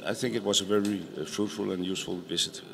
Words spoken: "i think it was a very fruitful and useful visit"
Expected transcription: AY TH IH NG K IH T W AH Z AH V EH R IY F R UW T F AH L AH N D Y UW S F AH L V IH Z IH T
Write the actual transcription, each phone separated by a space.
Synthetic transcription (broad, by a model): AY TH IH NG K IH T W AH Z AH V EH R IY F R UW T F AH L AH N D Y UW S F AH L V IH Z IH T